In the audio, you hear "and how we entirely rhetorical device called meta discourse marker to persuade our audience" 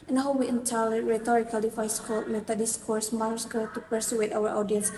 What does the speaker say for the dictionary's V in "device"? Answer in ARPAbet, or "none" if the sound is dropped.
F